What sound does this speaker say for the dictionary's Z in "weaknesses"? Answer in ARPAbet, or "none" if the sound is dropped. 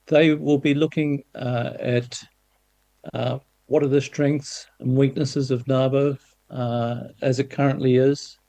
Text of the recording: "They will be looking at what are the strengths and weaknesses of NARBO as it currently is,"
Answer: Z